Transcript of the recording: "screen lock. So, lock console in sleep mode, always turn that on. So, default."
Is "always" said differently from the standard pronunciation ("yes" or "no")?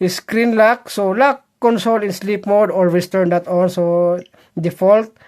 yes